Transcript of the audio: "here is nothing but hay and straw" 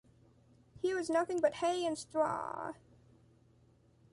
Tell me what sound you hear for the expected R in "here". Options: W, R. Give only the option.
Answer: W